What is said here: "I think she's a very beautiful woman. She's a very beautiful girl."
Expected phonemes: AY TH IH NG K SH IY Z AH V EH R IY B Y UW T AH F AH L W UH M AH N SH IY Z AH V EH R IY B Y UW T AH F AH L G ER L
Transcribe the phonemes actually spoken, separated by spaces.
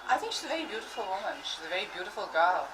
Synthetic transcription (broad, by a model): AY TH IH NG K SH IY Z AH V EH R IY B Y UW T AH F AH L W UH M AH N SH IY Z AH V EH R IY B Y UW T AH F AH L G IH L